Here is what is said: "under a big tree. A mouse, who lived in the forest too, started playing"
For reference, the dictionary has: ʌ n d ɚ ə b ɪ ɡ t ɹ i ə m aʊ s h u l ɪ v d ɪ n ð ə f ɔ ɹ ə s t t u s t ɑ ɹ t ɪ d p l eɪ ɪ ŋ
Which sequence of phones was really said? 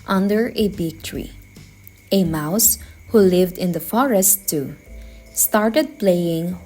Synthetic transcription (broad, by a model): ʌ n d ɚ ə b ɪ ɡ t ɹ i ə m aʊ s h u l ɪ v d ɪ n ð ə f ɔ ɹ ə s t t u s t ɑ ɹ t ɪ d p l eɪ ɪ ŋ